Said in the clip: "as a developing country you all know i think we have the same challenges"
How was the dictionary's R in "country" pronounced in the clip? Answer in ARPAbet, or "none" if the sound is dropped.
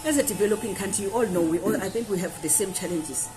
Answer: none